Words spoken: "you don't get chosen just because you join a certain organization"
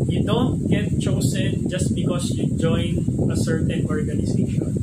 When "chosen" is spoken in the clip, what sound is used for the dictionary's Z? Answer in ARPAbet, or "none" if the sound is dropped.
S